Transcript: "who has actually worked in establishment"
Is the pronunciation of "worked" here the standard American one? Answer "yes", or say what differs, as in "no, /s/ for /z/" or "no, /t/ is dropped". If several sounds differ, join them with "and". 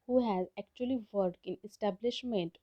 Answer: no, /t/ is dropped